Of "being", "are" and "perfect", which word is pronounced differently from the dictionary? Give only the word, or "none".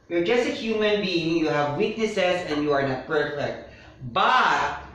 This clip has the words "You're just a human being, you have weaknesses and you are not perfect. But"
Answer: perfect